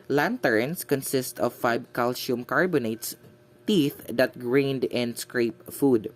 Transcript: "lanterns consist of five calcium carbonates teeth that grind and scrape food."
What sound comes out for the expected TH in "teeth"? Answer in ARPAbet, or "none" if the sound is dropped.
TH